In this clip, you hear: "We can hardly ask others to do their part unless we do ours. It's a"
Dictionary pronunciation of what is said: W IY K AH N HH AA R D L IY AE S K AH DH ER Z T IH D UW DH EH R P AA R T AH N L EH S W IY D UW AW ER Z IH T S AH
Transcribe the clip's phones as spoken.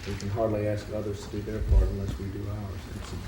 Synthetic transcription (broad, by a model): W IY K AH N HH AA R D L IY AE S K AH DH ER Z T IH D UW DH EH R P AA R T AH N L EH S W IY D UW AW ER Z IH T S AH